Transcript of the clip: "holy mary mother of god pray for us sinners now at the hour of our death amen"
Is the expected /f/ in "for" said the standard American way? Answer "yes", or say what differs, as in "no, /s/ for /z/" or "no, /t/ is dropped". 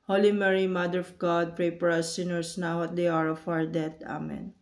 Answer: no, /p/ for /f/